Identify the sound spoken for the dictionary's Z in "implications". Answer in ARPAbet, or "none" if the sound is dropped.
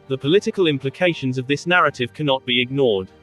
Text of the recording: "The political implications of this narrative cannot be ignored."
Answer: Z